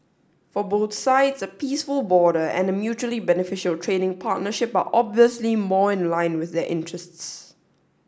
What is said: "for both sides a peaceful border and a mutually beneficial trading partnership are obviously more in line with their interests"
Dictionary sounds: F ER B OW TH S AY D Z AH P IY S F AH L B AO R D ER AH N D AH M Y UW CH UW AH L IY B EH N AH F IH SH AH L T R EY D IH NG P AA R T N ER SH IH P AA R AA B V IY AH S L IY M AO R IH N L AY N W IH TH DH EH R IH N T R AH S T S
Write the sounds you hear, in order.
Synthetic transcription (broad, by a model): F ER B OW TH S AY D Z AH P IY S F AH L B AO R D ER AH N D AH M Y UW CH UW AH L IY B EH N AH F IH SH AH L T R EY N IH NG P AA T N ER SH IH P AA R AA B V IY AH S L IY M AO IH N L AY N W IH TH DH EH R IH N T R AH S T S